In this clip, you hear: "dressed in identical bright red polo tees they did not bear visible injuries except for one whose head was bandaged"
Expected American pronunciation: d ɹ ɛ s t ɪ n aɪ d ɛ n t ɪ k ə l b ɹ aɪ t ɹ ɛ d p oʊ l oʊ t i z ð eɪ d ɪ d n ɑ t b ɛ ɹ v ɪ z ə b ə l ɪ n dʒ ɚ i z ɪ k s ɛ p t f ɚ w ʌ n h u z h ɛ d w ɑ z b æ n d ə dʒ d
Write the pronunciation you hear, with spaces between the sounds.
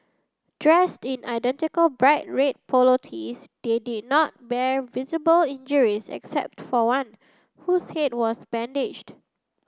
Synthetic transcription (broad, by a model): d ɹ ɛ s t ɪ n aɪ d ɛ n t ɪ k ə l b ɹ aɪ t ɹ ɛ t p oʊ l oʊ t i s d eɪ d ɪ d n ɑ t b ɛ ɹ v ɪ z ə b ə l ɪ n dʒ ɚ i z ɪ k s ɛ p t f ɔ w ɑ n h u s h ɛ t w ɑ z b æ n d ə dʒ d